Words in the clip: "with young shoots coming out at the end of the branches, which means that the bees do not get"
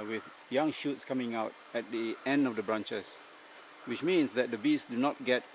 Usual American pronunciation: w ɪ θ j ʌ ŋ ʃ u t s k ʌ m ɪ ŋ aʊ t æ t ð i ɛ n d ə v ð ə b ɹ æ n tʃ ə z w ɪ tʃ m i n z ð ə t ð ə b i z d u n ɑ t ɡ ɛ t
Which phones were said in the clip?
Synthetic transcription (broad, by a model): w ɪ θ j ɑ ŋ ʃ u t s k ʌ m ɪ ŋ aʊ t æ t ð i ɛ n d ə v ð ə b ɹ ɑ n tʃ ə s w ɪ tʃ m i n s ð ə t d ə b i s d u n ɑ t ɡ ɛ t